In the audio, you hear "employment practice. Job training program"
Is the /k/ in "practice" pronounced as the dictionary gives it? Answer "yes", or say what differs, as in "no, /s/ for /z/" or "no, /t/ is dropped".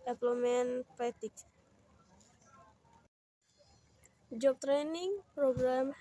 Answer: no, /k/ is dropped